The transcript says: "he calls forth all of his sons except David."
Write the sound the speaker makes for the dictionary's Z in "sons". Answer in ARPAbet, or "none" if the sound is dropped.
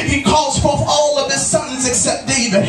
Z